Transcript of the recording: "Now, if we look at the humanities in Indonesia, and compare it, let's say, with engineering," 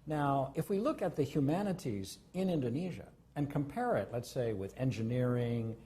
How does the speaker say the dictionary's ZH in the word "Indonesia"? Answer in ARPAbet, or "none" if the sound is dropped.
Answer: ZH